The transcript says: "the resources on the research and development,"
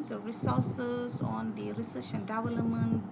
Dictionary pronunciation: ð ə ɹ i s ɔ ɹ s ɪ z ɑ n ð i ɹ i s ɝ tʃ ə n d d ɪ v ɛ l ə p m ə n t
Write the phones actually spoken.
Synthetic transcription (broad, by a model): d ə ɹ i s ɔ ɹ s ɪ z ɑ n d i ɹ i s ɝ ʃ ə n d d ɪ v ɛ l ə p m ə n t